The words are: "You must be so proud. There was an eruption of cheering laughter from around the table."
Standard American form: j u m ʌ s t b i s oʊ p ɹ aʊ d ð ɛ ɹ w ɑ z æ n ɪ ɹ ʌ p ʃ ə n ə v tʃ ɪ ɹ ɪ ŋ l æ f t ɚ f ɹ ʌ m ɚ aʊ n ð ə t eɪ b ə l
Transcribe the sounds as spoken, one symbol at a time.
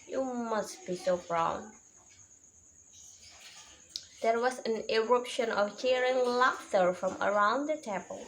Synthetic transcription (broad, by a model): j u m ʌ s t b i s oʊ b ɹ aʊ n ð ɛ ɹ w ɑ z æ n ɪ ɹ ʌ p ʃ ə n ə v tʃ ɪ ɹ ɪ ŋ l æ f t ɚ f ɹ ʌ m ɚ aʊ n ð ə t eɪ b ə l